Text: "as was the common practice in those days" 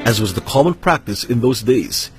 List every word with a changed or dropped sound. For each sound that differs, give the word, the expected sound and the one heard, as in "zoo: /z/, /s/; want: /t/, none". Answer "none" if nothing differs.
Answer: none